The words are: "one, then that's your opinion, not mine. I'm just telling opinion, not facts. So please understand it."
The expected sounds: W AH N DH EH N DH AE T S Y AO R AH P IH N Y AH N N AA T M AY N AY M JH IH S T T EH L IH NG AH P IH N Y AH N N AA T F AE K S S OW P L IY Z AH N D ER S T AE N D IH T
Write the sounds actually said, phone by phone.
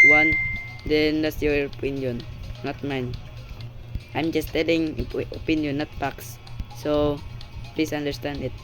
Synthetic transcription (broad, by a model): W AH N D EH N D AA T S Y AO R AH P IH N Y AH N N AA T M AY N AY M JH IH S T T EH L IH NG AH P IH N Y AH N N AA T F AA K S S OW P L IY S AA N D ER S T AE N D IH T